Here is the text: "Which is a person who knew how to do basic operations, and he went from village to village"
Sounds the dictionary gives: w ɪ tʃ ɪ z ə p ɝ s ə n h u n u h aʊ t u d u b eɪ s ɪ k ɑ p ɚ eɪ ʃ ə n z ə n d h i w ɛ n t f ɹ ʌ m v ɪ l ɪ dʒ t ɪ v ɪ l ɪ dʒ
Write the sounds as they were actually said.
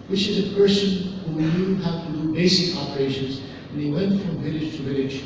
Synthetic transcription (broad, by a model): w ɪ tʃ ɪ z ə p ɝ s ə n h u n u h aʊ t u d u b eɪ s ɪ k ɑ p ɚ eɪ ʃ ə n z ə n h i w ɛ n t f ɹ ʌ m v ɪ l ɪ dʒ t ɪ v ɪ l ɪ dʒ